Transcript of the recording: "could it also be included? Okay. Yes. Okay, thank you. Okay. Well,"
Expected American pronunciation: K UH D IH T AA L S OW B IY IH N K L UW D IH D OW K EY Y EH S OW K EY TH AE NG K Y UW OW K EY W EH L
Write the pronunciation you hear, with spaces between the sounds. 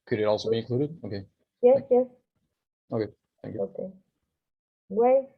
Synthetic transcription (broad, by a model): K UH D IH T AA L S OW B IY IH K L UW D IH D OW K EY Y EH S OW K EY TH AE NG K Y UW OW K EY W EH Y